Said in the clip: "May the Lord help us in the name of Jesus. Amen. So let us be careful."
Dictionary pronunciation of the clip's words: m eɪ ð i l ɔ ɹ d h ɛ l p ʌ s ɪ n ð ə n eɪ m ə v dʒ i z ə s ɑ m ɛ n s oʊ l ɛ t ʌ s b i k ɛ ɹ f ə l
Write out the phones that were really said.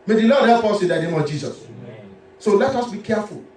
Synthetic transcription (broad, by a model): m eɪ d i l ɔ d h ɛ p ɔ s ɪ n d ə n eɪ m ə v dʒ i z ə s s oʊ l ɛ t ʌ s b i k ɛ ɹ f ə l